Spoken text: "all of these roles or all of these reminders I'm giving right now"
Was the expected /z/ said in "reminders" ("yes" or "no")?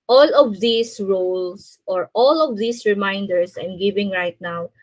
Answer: no